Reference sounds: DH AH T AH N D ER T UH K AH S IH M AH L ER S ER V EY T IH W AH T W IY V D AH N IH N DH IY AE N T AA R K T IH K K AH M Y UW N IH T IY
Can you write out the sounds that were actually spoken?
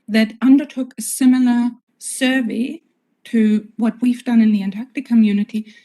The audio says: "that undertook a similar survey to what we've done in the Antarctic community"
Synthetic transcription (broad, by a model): DH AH T AH N D ER T UH K AH S IH M L ER S ER V EY T IH W AH T W IY V D AH N IH N DH IY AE N T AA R K T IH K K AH M Y UW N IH T IY